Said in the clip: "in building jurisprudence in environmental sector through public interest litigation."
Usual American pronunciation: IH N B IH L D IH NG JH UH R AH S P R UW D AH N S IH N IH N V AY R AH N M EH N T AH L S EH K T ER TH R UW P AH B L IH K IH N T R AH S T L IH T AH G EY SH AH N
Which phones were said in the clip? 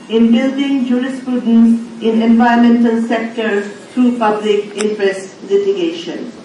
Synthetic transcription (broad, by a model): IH N B IH L D IH NG JH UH R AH S P R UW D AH N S IH N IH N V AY AH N M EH N T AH L S EH K T ER T R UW P AH B L IH K IH N T R AH S T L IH T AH G EY SH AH N